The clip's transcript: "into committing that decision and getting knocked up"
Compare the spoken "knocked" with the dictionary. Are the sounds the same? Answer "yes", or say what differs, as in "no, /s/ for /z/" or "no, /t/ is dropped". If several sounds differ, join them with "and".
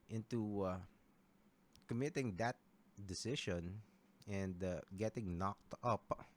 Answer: yes